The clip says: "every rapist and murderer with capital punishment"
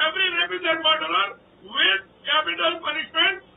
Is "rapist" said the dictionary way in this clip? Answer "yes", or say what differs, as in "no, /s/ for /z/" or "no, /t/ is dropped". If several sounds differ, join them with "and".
no, /t/ is dropped